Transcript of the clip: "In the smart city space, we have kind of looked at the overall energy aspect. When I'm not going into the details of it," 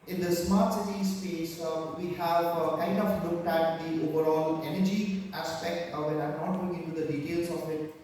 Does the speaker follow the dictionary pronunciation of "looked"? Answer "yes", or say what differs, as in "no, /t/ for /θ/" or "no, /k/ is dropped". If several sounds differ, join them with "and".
yes